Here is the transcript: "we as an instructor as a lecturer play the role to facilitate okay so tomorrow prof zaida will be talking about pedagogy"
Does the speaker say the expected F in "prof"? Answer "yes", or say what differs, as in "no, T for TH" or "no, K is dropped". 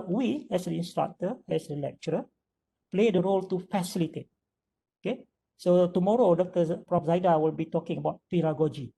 no, P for F